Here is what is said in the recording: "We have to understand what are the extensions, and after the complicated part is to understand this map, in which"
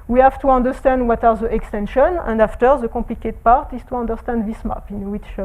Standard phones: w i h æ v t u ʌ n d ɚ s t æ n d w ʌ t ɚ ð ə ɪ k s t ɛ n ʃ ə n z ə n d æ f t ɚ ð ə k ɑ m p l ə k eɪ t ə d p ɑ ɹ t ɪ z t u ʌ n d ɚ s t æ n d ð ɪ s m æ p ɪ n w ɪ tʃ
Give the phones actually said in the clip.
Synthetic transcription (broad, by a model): w i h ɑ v t u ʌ n d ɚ s t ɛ n d w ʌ t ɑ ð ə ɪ k s t ɛ n ʃ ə n ə n d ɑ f t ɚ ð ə k ɑ p l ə k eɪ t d p ɑ ɹ t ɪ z t u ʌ n d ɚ s t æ n d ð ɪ s m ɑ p ɪ n w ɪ tʃ